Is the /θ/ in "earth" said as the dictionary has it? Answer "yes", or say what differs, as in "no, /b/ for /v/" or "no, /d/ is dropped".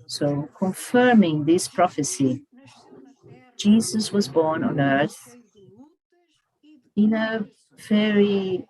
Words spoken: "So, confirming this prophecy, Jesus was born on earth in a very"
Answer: yes